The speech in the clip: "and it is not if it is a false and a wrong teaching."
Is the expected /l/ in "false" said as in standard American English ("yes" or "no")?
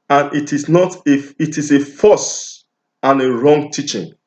no